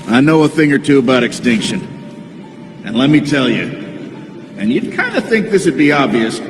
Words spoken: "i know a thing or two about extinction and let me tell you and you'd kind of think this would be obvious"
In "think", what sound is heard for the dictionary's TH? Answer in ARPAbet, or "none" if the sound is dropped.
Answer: TH